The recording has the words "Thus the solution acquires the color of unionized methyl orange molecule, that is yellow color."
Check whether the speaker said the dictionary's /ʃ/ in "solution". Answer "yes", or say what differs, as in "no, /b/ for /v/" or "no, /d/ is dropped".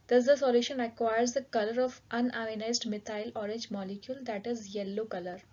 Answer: yes